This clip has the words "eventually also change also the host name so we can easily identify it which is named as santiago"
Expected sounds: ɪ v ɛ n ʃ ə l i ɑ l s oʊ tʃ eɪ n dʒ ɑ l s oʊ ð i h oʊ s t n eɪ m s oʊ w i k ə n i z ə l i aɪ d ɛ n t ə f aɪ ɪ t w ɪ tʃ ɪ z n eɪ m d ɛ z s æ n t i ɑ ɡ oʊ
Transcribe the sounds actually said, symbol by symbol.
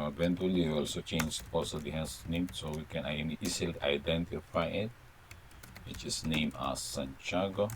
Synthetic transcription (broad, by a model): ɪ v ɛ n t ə l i ɑ l s oʊ tʃ eɪ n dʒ ɑ l s oʊ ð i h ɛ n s n eɪ m s oʊ w i k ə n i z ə l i aɪ d ɛ n t ə f aɪ ɪ t w ɪ tʃ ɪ s n eɪ m ɑ s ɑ n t ɑ ɡ oʊ